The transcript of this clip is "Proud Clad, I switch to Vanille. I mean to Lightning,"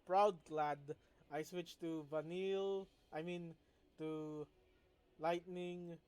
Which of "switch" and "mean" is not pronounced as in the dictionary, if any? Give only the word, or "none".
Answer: none